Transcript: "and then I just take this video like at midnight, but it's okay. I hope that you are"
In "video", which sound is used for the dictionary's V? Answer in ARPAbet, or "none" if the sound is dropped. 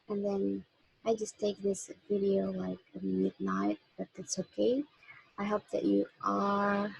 V